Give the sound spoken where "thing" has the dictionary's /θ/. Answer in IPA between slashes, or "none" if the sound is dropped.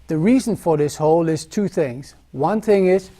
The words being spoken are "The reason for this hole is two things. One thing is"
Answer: /θ/